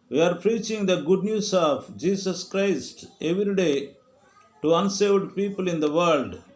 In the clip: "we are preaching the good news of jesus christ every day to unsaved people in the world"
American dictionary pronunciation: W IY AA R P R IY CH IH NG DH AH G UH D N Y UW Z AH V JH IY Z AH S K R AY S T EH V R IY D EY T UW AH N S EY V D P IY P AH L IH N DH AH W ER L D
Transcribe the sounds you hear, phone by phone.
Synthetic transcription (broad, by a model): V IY AA R P R IY CH IH NG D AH G UH D N Y UW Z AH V JH IY S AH S K R AY S T EH V R IY D EY T UW AH N S EY V D P IY P AH L IH N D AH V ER L D